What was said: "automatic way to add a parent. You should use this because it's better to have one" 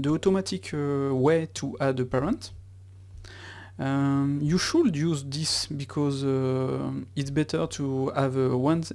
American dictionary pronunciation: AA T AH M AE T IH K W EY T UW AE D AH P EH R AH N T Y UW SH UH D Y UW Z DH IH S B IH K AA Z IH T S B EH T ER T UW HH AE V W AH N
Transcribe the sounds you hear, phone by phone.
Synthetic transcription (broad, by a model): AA T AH M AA T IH K W EY T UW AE D AH P EH R AH N T Y UW SH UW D Y UW Z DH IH S B IH K AA Z IH T S B EH T ER T UW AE V W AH N